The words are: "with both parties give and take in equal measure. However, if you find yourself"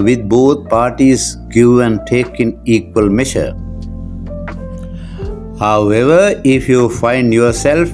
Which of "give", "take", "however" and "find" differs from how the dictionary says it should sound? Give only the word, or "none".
give